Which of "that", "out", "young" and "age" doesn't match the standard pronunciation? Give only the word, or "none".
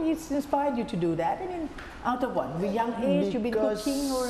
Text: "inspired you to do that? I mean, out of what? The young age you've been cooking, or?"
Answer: age